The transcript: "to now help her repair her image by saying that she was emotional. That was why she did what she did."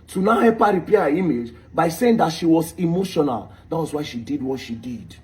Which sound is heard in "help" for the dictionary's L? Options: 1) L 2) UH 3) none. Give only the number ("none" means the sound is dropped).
3